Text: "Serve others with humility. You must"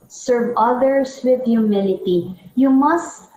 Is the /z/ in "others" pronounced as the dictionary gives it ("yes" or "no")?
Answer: no